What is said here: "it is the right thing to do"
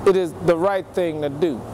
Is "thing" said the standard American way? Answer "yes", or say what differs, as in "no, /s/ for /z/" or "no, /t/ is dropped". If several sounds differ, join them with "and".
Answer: yes